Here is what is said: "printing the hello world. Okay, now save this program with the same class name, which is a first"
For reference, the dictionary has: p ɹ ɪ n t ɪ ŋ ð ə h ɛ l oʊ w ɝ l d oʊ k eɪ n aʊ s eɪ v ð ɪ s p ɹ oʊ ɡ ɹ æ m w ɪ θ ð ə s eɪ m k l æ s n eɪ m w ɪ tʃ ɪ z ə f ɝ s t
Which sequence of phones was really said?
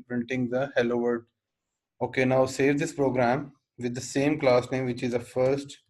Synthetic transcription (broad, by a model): p ɹ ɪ n t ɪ ŋ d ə h ɛ l oʊ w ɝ d oʊ k eɪ n aʊ s eɪ v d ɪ s p ɹ oʊ ɡ ɹ æ m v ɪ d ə s eɪ m k l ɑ s n eɪ m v ɪ tʃ ɪ z ə f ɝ s t